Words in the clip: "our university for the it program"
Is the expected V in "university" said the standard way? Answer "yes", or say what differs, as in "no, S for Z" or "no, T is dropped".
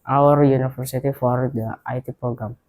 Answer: no, F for V